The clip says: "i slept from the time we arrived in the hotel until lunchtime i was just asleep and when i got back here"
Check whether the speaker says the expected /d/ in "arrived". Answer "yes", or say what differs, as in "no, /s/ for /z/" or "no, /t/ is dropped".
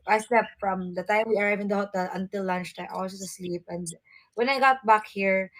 no, /d/ is dropped